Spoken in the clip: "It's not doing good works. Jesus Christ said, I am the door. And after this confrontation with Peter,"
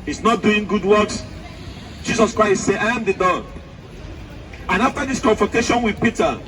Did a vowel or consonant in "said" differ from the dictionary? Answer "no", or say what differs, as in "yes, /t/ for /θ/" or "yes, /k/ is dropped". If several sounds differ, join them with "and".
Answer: yes, /d/ is dropped